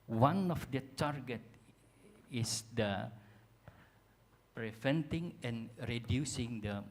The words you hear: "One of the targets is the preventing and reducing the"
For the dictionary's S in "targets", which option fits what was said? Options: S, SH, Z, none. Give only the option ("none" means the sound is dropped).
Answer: none